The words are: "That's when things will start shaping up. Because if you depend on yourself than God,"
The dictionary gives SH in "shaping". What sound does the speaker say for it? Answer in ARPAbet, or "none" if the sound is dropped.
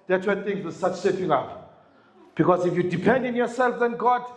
S